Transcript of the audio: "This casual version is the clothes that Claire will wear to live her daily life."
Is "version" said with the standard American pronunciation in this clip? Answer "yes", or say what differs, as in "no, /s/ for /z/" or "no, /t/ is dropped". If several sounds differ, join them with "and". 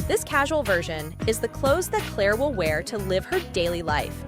yes